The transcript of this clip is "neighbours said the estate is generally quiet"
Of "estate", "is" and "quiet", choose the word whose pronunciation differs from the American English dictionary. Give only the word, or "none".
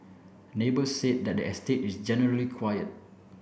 is